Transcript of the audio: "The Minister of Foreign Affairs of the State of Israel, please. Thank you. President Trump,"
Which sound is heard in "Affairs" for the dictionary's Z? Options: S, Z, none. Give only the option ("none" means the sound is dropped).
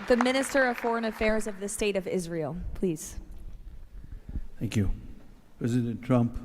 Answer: Z